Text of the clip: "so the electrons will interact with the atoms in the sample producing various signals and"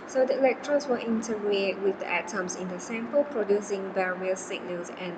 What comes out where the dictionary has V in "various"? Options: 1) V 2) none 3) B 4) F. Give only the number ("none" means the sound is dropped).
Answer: 3